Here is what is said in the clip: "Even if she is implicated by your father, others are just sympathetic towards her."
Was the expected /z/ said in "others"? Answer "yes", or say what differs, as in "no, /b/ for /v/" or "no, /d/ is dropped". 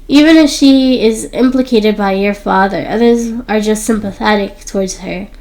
yes